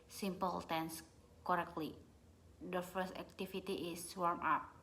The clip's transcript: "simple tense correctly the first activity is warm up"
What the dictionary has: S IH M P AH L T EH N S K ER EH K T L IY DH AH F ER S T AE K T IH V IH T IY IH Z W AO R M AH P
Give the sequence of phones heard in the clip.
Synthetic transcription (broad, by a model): S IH M P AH L T EH N S K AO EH K T L IY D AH F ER S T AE K T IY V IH T IY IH S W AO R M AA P